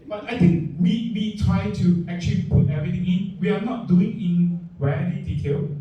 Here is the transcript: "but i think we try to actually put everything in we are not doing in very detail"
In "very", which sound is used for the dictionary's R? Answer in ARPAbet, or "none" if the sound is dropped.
L